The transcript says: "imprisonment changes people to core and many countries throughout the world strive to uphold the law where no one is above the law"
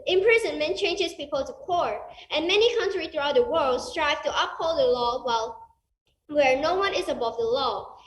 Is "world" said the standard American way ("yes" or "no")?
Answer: yes